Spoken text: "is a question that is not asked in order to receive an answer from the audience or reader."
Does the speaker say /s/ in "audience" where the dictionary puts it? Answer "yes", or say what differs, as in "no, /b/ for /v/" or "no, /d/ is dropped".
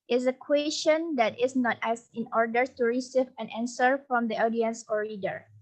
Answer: yes